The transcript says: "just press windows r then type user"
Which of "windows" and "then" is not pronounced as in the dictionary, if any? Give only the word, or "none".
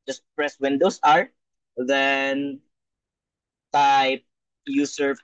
windows